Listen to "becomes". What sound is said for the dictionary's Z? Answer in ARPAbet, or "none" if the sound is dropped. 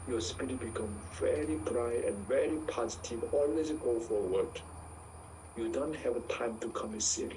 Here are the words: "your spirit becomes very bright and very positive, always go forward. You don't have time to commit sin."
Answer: none